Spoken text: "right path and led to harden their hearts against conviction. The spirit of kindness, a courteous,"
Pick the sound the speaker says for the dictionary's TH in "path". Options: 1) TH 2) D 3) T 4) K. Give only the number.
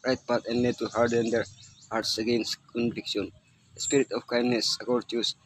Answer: 3